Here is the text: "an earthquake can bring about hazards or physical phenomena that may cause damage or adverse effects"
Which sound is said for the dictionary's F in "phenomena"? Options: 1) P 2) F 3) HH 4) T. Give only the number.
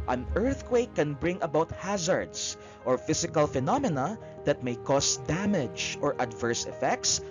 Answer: 2